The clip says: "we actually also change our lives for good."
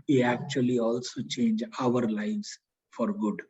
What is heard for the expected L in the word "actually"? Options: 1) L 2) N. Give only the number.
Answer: 1